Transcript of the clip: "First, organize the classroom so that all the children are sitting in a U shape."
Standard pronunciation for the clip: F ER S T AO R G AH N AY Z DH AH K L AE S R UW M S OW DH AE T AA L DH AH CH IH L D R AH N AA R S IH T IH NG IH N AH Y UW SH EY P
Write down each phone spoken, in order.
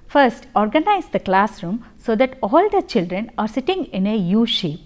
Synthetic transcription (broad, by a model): F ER S T AO R G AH N AY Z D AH K L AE S R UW M S OW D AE T AA L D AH CH IH L D R AH N AA R S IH T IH NG IH N AH Y UW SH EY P